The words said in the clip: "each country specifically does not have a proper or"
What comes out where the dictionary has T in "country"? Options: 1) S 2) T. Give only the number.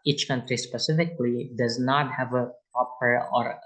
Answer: 2